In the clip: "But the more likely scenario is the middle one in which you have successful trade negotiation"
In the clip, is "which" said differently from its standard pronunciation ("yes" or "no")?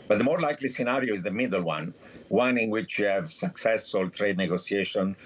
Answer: no